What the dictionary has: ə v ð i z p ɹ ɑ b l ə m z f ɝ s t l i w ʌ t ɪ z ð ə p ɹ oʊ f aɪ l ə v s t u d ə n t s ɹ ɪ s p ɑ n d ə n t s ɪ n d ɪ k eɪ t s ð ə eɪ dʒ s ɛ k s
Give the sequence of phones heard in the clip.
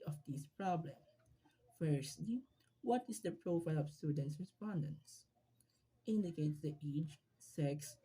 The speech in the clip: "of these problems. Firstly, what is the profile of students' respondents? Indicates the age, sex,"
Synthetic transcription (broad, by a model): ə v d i s p ɹ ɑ b l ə m f ɝ s t l i w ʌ t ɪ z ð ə p ɹ oʊ f aɪ l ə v s t u d ə n t s ɹ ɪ s p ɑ n d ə n s ɪ n d ɪ k eɪ t s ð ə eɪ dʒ s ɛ k s